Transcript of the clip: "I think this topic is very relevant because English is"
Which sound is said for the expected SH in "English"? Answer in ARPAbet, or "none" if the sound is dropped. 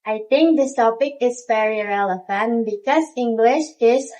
SH